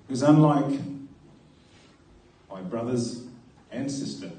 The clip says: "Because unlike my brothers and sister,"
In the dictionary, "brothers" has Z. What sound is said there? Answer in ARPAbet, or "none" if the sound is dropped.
Z